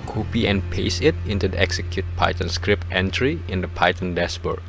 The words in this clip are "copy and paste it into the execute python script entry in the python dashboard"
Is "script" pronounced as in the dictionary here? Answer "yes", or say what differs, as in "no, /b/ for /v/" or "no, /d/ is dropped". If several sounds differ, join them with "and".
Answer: yes